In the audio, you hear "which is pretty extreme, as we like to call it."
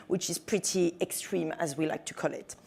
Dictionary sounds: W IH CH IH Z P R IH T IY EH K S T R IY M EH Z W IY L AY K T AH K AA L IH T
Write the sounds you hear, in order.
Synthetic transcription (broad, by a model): W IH CH IH Z P R IH T IY EH K S T R IY M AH Z W IY L AY K T AH K AA L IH T